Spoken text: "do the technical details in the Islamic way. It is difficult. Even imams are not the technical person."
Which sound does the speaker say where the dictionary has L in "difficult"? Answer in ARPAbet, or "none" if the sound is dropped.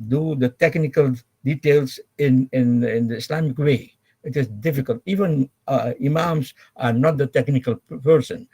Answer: L